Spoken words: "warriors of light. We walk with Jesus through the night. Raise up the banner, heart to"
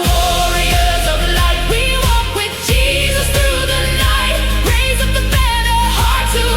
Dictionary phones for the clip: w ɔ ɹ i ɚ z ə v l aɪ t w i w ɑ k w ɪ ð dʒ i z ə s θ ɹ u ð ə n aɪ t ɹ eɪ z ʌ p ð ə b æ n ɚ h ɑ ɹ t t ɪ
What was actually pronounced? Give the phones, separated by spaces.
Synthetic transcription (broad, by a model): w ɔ ɹ i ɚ z ə v l aɪ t w i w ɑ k w ɪ ð dʒ i z ə s θ ɹ u ð ə n aɪ t ɹ eɪ z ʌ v ð ə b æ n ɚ h ɑ ɹ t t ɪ